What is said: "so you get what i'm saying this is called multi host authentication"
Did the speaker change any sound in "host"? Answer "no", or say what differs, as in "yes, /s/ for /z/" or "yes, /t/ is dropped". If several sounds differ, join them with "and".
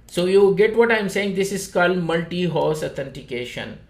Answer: yes, /t/ is dropped